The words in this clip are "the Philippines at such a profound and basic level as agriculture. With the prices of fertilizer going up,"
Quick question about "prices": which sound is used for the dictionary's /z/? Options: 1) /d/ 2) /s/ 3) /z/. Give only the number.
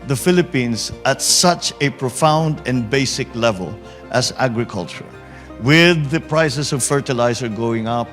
2